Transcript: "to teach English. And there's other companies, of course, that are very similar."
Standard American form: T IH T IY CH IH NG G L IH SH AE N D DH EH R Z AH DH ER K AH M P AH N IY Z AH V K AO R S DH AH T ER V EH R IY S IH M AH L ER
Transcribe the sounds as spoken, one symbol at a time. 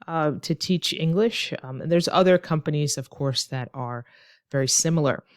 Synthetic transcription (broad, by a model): T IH T IY CH IH NG G L IH SH N DH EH R Z AH DH ER K AH M P AH N IY Z AH V K AO R S DH AH T ER V EH R IY S IH M L ER